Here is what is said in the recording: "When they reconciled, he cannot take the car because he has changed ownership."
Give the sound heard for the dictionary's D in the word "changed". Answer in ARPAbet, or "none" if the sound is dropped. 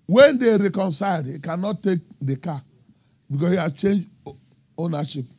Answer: none